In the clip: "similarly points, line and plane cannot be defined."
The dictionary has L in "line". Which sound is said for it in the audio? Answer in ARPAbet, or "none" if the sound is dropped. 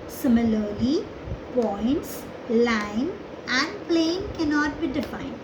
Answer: L